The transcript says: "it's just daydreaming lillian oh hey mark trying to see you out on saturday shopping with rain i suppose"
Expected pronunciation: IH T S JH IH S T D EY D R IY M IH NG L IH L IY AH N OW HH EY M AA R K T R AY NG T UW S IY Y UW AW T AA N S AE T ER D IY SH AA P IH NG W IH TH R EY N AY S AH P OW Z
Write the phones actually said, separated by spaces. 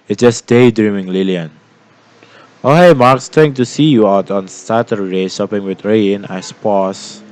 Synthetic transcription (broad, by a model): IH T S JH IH S D EY D R IY M IH NG L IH L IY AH N OW HH EY M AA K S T EH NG T UW S IY Y UW AW T AA N S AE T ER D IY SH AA P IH NG W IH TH R EY N AY S P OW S